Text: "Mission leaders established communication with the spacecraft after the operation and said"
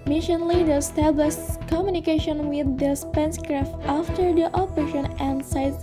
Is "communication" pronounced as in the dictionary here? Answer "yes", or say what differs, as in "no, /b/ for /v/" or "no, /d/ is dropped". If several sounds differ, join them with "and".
yes